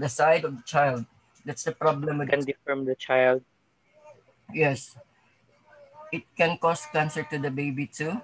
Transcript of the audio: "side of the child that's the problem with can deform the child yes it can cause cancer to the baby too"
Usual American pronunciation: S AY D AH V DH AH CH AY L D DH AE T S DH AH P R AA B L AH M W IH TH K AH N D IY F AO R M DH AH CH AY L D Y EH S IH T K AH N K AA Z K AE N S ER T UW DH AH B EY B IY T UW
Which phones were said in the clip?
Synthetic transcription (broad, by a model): S AY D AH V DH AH CH AY L D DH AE T S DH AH P R AA B L AH M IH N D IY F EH R M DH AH CH AY L D Y EH S IH T K AH N K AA S K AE N S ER T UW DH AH B EY B IY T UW